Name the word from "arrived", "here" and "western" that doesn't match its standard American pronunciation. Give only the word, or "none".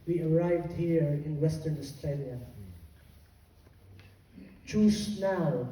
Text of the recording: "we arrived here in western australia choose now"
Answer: none